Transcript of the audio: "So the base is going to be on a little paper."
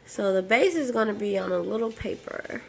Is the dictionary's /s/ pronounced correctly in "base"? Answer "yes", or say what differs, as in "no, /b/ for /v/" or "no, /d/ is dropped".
yes